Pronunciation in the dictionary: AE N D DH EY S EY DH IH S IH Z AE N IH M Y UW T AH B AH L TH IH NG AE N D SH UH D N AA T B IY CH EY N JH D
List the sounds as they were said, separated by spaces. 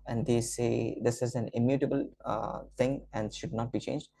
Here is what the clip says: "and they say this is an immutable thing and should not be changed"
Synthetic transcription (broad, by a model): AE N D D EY S EY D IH S IH Z AE N IH M Y UW T AH B AH L T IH NG AE N D SH UH D N AA T B IY CH EY N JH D